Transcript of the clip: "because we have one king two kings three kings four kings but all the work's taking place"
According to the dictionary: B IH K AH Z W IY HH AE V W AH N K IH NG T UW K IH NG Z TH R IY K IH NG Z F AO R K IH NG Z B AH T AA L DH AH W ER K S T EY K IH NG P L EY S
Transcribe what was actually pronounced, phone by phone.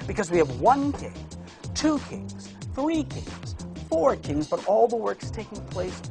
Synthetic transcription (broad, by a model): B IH K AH Z W IY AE V W AH N K IH NG T UW K IH NG Z TH R IY K IH NG Z F AO R K IH NG Z B AH T AA L DH AH W ER K S T EY K IH NG P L EY S